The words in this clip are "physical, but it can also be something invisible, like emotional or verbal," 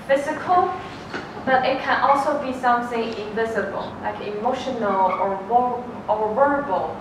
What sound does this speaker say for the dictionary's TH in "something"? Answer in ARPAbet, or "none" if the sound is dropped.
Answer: S